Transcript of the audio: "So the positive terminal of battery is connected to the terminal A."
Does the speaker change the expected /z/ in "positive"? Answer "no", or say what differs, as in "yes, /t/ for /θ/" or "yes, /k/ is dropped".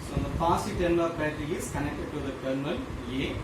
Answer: yes, /s/ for /z/